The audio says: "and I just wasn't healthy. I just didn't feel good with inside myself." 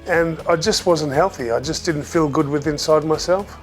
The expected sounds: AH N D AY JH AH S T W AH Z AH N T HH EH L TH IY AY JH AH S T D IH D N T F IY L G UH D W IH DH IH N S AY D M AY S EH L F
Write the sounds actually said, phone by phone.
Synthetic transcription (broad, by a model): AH N AY JH AH S T W AH Z AH N T HH EH L TH IY AY JH AH S D IH D N T F IY L G UH D W IH DH IH N S AY D M AY S EH L F